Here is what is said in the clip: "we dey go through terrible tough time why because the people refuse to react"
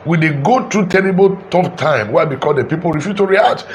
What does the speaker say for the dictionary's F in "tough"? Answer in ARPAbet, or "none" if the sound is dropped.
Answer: P